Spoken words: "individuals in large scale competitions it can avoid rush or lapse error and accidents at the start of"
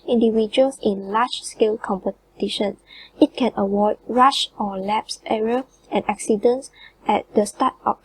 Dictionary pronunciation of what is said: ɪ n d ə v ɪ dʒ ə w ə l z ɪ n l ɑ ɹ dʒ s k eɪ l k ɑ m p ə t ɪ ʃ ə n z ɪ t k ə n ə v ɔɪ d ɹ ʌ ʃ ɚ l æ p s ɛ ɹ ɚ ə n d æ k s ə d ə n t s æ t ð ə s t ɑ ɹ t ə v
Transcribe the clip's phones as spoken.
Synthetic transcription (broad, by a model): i n d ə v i dʒ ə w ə l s ɪ n l ɑ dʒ s k eɪ l k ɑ m p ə t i ʃ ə n ɪ t k ə n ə w ɔɪ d ɹ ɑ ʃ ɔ l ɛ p s ɛ ɹ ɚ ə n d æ k s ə d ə n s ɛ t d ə s t ɑ t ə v